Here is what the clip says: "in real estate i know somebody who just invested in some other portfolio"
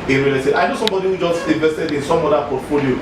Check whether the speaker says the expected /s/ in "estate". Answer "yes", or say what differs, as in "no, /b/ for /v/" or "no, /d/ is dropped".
no, /s/ is dropped